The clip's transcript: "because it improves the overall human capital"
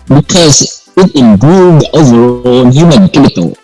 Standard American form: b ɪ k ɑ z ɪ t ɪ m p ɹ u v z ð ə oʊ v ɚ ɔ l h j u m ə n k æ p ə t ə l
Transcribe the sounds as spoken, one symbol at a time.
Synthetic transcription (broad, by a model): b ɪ k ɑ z ɪ t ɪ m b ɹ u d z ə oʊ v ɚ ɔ n h j u m ə n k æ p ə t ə l